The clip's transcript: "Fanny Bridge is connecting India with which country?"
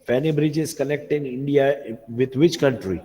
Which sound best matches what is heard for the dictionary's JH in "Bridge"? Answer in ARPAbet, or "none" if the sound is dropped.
JH